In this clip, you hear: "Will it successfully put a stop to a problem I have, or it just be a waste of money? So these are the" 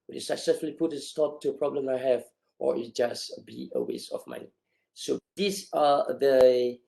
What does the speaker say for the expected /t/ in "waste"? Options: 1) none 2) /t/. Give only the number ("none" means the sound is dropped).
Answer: 1